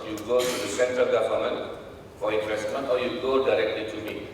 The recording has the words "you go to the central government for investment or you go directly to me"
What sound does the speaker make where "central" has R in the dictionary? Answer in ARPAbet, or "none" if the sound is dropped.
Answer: R